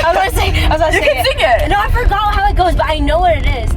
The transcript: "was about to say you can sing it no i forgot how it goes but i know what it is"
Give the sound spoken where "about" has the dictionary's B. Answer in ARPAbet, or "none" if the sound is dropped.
none